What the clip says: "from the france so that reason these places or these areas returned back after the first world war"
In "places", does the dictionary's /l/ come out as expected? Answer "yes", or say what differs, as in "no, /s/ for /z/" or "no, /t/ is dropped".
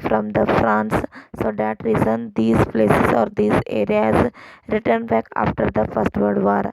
yes